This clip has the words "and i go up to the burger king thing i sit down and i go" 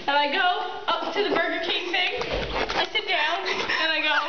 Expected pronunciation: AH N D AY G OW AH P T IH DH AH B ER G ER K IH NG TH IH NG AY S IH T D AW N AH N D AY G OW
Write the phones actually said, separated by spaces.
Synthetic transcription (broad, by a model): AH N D AY G OW AH P T IH DH AH B ER G ER K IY TH IH NG AY S IH T D AW N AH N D AY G OW